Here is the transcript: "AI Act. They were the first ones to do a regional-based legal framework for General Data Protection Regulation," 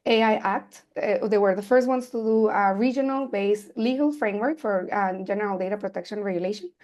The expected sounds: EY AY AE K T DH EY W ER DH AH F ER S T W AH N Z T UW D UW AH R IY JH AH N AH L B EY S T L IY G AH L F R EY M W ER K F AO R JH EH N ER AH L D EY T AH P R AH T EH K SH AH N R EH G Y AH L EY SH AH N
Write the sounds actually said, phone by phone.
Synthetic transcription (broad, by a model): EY AY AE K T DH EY W ER DH AH F ER S T W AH N S T UW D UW AH R IY JH AH N AH L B EY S L IY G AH L F R EY M W ER K F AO R JH EH N ER AH L D EY T AH P R AH T EH K SH AH N R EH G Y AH L EY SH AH N